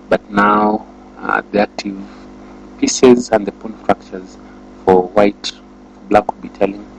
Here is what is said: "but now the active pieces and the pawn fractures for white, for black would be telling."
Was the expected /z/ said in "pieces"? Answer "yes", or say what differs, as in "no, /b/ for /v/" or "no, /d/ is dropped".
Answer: yes